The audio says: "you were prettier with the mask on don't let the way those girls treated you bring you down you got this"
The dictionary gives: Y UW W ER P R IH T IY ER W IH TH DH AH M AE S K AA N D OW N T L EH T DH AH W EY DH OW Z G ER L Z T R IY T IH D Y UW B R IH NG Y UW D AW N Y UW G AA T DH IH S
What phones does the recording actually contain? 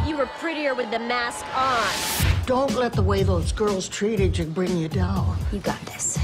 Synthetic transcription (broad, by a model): Y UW W ER P R IH T IY ER W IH DH AH M AE S K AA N D OW N T L EH T DH AH W EY DH OW Z G ER L Z T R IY T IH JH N B R IH NG Y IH D AW N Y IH G AA T DH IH S